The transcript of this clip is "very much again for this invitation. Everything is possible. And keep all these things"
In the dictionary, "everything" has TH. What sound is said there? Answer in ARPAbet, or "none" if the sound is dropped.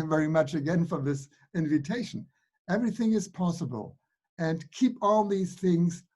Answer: TH